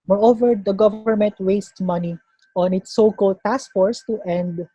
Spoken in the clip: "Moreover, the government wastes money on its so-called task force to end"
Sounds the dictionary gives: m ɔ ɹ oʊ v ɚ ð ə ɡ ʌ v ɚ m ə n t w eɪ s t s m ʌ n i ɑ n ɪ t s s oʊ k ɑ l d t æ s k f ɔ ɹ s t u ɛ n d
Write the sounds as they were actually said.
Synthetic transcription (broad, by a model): m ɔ ɹ oʊ v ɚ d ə ɡ ʌ v ɚ m ə n t w eɪ s t m ʌ n i ɑ n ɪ t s s oʊ k ɑ l d t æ s k f ɔ ɹ s t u ɛ n d